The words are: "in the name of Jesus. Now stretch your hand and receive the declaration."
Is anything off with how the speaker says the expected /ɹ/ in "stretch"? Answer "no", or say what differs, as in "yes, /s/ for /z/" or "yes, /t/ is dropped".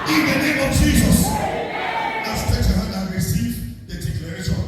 yes, /ɹ/ is dropped